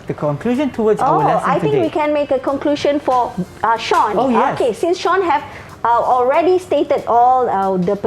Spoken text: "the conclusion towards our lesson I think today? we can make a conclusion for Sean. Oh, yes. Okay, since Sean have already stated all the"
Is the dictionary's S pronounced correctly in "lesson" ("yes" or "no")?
no